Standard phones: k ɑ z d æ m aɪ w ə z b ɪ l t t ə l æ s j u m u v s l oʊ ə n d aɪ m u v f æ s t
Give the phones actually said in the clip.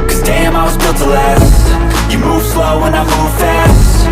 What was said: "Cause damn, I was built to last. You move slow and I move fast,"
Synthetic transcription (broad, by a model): k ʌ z d æ m aɪ w ə z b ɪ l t t ə l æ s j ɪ m u v s l oʊ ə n aɪ m u v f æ s t